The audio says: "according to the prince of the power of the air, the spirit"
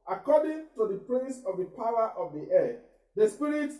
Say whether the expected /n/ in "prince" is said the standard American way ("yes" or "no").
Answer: no